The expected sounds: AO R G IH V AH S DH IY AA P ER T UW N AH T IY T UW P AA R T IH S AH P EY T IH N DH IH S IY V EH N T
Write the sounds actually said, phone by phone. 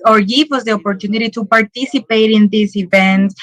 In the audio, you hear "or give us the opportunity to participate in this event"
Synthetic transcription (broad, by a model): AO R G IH W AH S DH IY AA P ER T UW N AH T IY T UW P AA R T IH S AH P EY T IH N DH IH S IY V EH N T